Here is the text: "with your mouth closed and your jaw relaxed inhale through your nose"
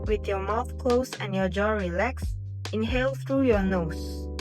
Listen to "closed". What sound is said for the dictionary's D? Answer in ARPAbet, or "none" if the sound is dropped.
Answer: none